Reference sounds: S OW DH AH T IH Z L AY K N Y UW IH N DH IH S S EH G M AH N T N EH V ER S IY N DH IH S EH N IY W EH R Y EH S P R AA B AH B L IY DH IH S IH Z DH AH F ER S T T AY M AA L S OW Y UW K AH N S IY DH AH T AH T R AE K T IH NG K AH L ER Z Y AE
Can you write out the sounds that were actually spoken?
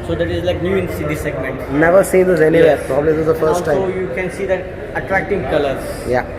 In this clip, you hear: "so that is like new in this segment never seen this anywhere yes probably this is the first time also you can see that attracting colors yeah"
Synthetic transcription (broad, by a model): S OW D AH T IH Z L AY K N Y UW IH N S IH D S EH G M AH N T N EH V ER S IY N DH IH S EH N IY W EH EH P R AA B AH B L IY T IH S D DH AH F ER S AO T AY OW Y UW K AH N S IY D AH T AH T R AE K T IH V K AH L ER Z Y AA